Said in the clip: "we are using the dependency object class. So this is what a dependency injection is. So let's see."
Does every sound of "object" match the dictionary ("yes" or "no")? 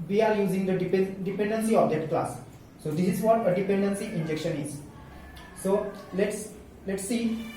no